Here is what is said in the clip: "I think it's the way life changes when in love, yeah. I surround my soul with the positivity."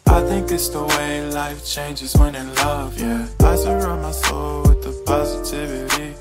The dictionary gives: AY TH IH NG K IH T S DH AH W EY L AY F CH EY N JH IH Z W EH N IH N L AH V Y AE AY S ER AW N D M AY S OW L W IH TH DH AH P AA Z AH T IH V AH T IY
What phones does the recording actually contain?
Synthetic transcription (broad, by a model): AY TH IH NG K IH T S DH AH W EY L AY F CH EY N JH IH Z W EH N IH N L AH V Y AE AY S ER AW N M AY S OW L W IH DH AH P AA Z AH T IH V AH T IY